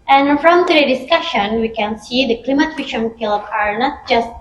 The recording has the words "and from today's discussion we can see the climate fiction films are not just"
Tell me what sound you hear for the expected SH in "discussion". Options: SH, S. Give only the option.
SH